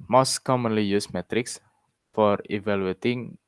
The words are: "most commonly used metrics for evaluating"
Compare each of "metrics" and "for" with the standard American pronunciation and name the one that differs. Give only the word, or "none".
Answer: none